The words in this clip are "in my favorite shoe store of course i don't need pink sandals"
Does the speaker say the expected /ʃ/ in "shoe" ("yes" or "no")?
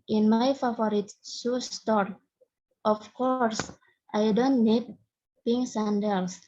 no